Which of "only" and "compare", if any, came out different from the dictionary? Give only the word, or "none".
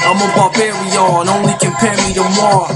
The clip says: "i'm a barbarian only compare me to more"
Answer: compare